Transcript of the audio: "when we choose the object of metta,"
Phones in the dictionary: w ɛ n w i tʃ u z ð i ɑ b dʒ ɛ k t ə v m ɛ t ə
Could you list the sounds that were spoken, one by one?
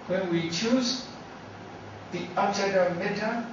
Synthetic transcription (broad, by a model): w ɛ n w i tʃ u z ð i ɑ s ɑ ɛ t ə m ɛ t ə